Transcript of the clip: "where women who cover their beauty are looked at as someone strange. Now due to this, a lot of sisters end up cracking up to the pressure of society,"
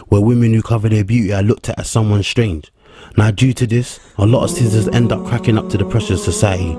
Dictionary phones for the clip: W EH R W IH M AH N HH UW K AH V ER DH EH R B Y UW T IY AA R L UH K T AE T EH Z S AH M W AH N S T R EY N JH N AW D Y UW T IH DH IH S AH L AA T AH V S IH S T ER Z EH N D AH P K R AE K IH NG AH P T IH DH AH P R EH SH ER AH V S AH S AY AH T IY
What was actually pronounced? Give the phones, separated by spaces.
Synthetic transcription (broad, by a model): W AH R W IH M AH N HH UW K AH V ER DH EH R B Y UW T IY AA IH L UH K T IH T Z S AH M W AH N S T R EY N JH N AW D Y UW T IH DH IH S AH L AA T AH V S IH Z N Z EH N D AH P K R AE K IH NG AH P T IH DH AH P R EH SH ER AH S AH S AY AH T IY